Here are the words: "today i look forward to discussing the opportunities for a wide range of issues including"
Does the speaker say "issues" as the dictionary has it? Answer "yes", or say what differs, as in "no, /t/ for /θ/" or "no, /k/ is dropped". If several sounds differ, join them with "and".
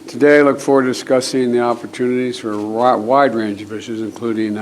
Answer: yes